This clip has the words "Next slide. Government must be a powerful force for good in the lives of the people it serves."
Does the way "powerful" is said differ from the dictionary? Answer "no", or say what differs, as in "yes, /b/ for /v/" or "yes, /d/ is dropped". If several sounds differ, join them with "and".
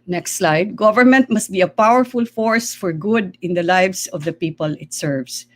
no